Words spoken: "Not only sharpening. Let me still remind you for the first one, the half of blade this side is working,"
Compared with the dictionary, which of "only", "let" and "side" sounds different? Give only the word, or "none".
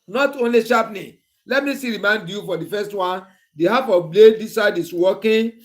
none